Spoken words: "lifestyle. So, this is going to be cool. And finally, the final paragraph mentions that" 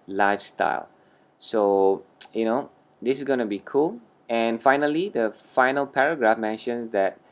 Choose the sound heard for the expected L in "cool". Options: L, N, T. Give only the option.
L